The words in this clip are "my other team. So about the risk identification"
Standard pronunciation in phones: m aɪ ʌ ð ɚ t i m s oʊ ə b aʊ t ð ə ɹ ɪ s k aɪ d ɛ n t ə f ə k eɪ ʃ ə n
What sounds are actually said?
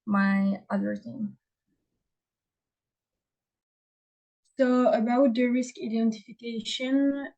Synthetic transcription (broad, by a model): m aɪ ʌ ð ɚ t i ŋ s oʊ ə b aʊ t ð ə ɹ ɪ s k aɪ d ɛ n t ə f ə k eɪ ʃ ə n